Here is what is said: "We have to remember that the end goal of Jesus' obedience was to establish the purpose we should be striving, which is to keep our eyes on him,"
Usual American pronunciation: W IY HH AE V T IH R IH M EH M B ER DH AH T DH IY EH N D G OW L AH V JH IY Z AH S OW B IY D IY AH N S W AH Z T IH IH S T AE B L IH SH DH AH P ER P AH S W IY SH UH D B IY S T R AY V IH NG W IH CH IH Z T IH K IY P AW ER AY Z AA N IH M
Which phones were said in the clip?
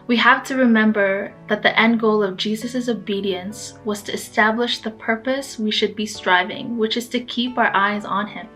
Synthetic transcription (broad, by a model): W IY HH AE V T IH R IH M EH M B ER DH AH T DH IY EH N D G OW L AH V JH IY Z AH S OW B IY D IY AH N S W AH Z T IH IH S T AE B L IH SH DH AH P ER P AH S W IY SH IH D B IY S T R AY V IH NG W IH CH IH Z T IH K IY P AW ER AY Z N IH M